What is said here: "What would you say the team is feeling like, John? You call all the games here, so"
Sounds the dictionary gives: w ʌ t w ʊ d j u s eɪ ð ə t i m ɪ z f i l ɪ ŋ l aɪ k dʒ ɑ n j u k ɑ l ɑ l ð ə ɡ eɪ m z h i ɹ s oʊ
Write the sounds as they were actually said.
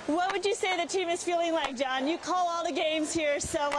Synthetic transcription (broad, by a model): w ʌ t w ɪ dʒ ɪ s eɪ ð ə t i m ɪ z f i l ɪ ŋ l aɪ k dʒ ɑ n j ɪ k ɑ l ɑ l ð ə ɡ eɪ m z h i ɹ s oʊ